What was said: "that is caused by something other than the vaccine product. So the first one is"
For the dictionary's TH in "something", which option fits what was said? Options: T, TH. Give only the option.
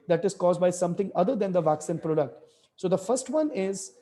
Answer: T